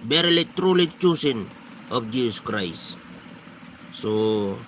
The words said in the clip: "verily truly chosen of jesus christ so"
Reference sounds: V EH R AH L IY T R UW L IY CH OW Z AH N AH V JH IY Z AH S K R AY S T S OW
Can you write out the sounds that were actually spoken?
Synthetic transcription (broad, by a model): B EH R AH L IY T R UW L IY CH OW S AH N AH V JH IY S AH S K R AY S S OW